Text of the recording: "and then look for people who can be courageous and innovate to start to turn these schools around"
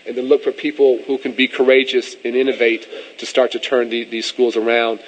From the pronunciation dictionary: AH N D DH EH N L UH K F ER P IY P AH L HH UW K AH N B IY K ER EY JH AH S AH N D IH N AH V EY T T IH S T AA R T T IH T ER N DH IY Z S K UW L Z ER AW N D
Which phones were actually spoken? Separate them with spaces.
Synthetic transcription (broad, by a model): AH N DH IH L UH K F ER P IY P L HH UW K AH N B IY K ER EY JH AH S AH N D IH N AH V EY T T IH S T AA R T T IH T ER N DH IY Z S K UW L Z ER AW N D